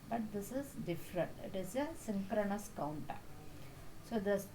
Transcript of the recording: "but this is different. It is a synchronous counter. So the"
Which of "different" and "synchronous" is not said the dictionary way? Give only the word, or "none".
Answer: none